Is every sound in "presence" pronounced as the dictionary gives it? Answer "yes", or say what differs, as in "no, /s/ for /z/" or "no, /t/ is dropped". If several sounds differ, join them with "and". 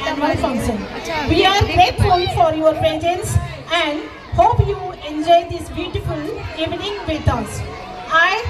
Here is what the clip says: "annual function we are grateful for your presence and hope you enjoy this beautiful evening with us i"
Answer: no, /ɹ/ is dropped